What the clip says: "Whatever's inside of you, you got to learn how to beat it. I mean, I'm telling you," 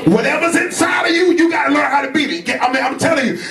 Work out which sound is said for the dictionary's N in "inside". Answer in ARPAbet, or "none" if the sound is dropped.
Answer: N